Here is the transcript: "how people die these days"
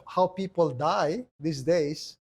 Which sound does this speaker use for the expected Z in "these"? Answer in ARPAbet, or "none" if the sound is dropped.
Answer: S